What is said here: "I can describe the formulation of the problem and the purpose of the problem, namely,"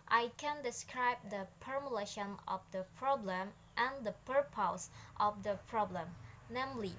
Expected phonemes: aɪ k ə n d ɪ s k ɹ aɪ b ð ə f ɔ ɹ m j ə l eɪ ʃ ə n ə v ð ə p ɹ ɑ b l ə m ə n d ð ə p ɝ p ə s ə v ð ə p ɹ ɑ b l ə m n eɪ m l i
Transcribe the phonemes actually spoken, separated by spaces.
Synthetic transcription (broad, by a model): aɪ k ə n d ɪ s k ɹ aɪ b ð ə p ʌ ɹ m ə l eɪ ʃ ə n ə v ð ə p ɹ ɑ b l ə m ə n d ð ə p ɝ p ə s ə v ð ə p ɹ ɑ b l ə m n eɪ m l i